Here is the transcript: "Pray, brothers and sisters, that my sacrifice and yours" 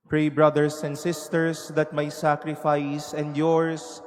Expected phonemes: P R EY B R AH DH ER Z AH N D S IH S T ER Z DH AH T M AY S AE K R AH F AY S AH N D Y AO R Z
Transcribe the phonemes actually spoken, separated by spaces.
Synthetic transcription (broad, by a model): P R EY B R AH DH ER S AH N D S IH S T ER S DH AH T M AY S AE K R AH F AY S AH N D Y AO R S